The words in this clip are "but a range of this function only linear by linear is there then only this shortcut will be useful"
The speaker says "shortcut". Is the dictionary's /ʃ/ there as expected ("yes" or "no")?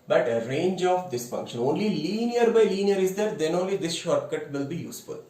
yes